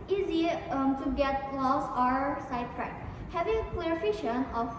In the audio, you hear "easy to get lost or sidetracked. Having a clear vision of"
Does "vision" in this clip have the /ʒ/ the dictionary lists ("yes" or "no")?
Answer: no